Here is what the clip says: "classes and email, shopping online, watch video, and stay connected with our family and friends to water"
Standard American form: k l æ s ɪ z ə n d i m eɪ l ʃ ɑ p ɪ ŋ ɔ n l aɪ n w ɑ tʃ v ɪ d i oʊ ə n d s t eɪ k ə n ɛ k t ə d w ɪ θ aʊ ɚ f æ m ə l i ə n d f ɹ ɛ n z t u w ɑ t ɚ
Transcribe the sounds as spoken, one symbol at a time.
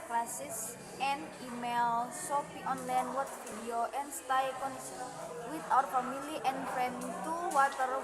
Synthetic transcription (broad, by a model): k l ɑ s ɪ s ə n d i m eɪ l s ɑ f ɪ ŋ ɔ n l aɪ n w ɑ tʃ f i d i oʊ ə n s t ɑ k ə n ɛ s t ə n w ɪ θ aʊ ɚ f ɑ m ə l i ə n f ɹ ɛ n t u w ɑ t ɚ